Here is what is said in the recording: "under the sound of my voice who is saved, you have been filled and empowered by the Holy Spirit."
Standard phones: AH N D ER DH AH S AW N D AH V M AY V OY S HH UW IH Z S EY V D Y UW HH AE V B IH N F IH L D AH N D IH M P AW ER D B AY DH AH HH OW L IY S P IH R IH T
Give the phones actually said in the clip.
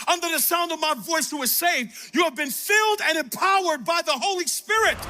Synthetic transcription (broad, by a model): AH N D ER DH AH S AW N D AH V M AY V OY S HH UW IH Z S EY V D Y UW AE V B IH N F IH L D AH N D IH M P AW ER D B AY DH AH HH OW L IY S P IH R IH T